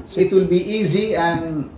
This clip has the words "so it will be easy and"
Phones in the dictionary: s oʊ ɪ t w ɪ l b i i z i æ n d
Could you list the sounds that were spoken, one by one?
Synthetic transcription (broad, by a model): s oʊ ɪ t w ɪ l b i i z i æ n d